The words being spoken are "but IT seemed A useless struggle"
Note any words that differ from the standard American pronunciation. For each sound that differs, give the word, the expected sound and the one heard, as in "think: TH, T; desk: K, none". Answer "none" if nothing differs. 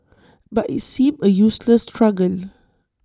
seemed: D, none